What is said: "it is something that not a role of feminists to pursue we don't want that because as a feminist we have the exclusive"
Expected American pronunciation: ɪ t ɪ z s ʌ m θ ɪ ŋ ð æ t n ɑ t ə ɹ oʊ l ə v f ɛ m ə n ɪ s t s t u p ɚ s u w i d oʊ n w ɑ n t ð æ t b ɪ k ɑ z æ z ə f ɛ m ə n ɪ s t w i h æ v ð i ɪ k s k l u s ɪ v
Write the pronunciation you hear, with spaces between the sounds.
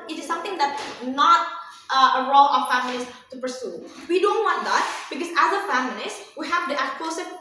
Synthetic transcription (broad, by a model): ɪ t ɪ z s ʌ m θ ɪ ŋ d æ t n ɑ t ə ɹ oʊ l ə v f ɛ m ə l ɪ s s t u p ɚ s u w i d oʊ n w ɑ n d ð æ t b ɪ k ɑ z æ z ə f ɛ m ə l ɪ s w i h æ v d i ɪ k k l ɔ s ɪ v